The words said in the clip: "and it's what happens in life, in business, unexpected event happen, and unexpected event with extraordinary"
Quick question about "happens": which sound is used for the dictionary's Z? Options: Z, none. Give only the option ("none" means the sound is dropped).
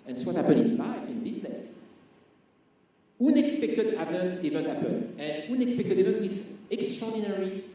none